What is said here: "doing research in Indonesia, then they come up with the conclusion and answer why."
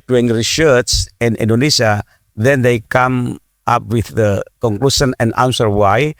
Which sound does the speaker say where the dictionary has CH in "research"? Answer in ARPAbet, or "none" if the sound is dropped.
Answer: S